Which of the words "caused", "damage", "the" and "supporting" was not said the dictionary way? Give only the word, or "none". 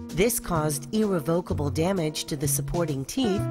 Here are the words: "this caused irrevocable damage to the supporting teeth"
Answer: none